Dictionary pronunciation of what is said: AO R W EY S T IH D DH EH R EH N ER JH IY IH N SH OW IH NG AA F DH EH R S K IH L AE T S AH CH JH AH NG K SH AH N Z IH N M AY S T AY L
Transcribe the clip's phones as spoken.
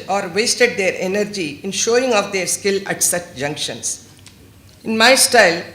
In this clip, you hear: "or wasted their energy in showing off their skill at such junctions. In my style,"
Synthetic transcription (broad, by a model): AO R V EY S T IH D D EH R EH N ER JH IY IH N SH OW IH NG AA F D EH R S K IH L AE T S AH CH JH AH NG K SH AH N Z IH N M AY S T AY L